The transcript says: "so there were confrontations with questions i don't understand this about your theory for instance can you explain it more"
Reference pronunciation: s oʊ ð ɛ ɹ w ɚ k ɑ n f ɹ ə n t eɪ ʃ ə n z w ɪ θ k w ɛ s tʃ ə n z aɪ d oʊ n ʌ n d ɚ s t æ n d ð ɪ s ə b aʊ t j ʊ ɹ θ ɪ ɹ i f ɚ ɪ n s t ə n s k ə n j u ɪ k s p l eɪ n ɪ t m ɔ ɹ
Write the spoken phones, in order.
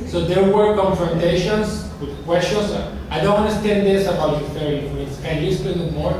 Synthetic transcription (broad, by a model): s oʊ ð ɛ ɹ w ɚ k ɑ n f ɹ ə n t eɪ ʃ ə n s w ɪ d k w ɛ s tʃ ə n s aɪ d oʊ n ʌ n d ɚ s t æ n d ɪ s ə b aʊ t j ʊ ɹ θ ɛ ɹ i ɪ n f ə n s k ə n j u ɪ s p eɪ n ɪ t m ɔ ɹ